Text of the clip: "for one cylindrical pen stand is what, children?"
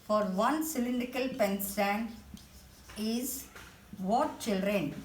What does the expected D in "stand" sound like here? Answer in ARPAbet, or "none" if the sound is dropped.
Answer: none